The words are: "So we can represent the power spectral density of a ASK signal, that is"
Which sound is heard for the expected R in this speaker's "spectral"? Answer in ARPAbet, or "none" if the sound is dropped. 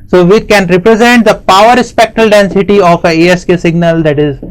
none